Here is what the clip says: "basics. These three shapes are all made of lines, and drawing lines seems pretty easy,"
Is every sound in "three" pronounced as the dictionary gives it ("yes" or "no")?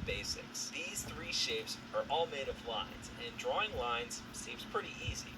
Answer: yes